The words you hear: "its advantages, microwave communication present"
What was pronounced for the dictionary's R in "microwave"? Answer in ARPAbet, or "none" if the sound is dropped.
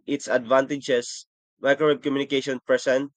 none